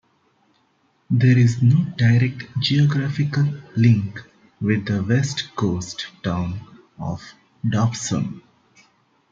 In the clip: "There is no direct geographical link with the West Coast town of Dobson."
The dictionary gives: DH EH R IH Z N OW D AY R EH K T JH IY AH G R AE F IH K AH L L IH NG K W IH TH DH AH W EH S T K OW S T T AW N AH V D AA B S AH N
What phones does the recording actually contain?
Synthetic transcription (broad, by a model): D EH R IH Z N OW D AY R EH K T JH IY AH G R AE F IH K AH L L IH NG K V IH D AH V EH S T K OW S T T AW N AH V D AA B S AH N